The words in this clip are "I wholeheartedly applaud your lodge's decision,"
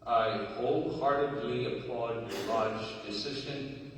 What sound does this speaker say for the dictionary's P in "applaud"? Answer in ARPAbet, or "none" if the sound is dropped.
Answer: P